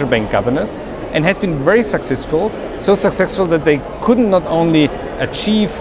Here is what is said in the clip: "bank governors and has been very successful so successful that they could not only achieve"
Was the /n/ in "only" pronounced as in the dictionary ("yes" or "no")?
yes